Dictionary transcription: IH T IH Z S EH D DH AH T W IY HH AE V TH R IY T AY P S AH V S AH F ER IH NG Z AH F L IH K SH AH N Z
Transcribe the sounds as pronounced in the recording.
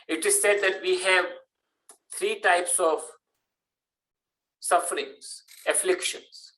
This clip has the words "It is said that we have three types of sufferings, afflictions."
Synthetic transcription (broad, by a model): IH T IH Z S EH D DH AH T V IY HH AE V T R IY T AY P S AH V S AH F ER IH NG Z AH F L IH K SH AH N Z